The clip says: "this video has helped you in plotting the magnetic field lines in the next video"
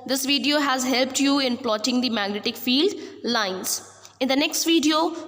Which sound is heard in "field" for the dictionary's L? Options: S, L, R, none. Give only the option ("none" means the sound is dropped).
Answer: L